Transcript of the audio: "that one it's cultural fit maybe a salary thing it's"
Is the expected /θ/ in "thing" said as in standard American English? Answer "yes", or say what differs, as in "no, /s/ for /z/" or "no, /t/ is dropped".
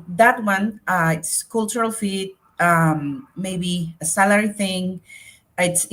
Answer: yes